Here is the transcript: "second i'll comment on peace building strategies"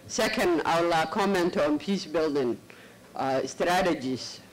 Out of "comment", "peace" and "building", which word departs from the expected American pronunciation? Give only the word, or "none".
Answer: none